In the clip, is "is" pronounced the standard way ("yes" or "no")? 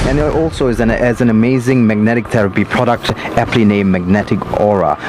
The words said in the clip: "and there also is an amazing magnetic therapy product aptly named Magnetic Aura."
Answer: yes